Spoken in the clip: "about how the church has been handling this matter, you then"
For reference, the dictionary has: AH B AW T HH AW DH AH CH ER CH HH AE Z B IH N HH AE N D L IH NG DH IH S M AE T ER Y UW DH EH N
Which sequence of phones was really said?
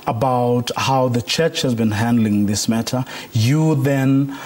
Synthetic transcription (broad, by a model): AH B AW T HH AW DH AH CH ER CH HH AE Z B IH N HH AE N D L IH NG DH IH S M AE T ER Y UW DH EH N